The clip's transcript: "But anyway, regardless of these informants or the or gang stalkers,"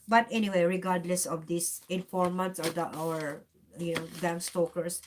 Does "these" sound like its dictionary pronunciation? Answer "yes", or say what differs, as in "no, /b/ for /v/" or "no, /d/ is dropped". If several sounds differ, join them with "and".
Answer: no, /s/ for /z/